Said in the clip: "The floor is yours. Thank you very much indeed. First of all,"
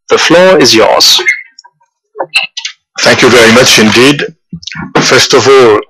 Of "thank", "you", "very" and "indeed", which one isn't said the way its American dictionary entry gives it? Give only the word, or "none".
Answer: none